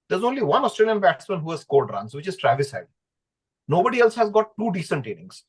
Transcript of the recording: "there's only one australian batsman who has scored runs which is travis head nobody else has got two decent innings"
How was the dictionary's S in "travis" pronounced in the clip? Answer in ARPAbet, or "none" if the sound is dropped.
S